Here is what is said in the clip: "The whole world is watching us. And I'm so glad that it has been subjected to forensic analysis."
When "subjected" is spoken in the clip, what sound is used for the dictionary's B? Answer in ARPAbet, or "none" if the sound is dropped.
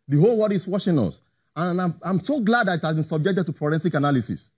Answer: B